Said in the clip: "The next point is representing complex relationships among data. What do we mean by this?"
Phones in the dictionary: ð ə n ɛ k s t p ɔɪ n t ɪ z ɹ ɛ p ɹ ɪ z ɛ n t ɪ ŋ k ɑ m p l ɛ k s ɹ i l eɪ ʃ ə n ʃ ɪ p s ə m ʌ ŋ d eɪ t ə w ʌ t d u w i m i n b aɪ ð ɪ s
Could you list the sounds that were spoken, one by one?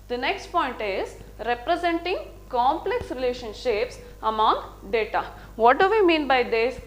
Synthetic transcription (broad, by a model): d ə n ɛ k s t p ɔɪ n t ɪ z ɹ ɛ p ɹ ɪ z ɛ n t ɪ ŋ k ɑ m p l ɛ k s ɹ i l eɪ ʃ ə n ʃ ɪ p s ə m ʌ ŋ d eɪ t ə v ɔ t d u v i m i n b aɪ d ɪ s